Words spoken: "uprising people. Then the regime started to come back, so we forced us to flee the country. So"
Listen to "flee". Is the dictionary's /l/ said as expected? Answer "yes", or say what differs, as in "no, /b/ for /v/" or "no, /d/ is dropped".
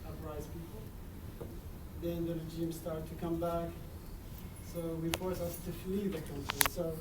yes